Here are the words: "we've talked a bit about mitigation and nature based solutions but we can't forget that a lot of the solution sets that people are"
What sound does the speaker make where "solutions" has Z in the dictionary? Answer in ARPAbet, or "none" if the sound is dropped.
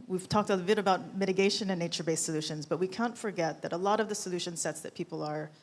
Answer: Z